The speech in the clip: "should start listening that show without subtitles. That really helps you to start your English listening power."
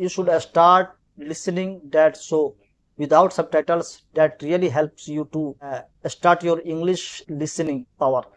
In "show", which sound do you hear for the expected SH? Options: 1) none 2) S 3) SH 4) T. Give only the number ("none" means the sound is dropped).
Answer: 2